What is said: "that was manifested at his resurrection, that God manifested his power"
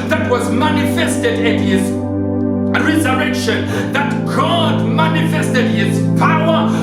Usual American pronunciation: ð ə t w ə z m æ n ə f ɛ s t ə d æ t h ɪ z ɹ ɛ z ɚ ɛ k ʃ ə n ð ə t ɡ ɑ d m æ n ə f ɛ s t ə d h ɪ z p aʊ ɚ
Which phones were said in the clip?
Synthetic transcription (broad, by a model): ð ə t w ə z m æ n ə f ɛ s t ə d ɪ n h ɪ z ɹ ɛ z ɚ ɛ k ʃ ə n ð ə t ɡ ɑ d m æ n ə f ɛ s t ə d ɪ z p aʊ ɚ